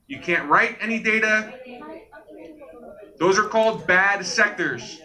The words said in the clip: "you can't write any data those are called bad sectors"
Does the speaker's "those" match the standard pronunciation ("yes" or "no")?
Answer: yes